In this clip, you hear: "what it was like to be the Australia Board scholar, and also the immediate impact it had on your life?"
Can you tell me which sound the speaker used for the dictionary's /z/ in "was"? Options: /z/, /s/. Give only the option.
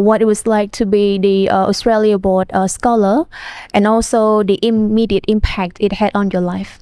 /s/